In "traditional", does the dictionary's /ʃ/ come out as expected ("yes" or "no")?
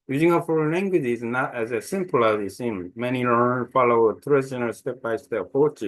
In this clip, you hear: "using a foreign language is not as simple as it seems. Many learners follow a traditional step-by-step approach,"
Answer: no